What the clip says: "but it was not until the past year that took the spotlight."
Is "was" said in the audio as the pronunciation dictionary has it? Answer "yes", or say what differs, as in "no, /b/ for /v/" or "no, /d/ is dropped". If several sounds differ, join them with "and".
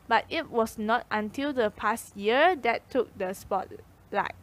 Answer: no, /s/ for /z/